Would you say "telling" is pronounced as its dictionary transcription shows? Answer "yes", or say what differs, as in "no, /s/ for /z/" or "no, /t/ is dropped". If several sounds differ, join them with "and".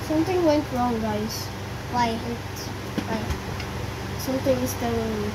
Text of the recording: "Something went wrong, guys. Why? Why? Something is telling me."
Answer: no, /l/ is dropped